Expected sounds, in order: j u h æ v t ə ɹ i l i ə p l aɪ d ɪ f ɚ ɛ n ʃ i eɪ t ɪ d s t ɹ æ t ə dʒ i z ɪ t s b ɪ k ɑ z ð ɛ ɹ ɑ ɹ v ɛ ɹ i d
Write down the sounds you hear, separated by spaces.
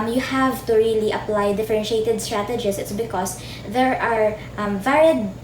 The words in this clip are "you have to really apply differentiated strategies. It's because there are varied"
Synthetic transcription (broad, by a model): j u h æ v t ə ɹ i l i ə p l aɪ d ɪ f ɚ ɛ n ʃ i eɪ t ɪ d s t ɹ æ t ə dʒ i s ɪ t s b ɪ k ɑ s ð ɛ ɹ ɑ ɹ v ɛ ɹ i d